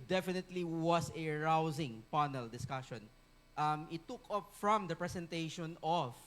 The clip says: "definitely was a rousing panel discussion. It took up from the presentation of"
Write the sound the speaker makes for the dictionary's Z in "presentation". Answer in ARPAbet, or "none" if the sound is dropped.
S